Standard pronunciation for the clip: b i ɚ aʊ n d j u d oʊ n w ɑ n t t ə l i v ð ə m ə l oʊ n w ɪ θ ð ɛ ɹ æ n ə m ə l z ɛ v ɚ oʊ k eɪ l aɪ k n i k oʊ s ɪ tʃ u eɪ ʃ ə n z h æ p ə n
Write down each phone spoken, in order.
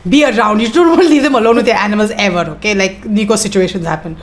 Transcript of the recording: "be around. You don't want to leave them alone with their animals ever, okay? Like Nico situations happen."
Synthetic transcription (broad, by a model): b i ɚ aʊ n d j u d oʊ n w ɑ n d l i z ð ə m ə l oʊ n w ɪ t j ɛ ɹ æ n ə m ə l z ɛ v ɚ oʊ k eɪ l aɪ k n i k oʊ s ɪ tʃ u eɪ ʃ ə n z h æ p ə n